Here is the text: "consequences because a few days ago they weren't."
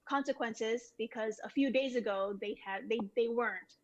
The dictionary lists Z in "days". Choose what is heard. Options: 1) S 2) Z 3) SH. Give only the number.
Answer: 2